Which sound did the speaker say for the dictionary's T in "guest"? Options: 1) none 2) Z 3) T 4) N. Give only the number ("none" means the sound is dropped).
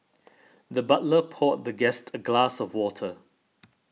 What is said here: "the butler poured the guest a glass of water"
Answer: 3